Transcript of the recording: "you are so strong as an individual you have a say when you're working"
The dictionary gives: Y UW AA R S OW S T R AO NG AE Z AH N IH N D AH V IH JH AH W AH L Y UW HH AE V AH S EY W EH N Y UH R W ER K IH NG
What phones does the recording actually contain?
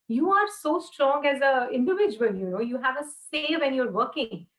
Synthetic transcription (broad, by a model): Y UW AA R S OW S T R AO NG AE Z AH IH N D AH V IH JH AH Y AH N Y UW HH AE V AH S EY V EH N Y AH R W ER K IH NG